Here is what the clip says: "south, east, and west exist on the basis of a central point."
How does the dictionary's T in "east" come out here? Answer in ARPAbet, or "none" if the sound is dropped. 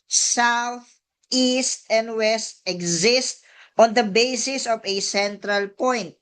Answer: T